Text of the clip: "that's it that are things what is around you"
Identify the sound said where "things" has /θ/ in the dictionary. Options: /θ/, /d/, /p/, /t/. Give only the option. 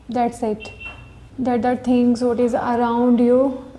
/t/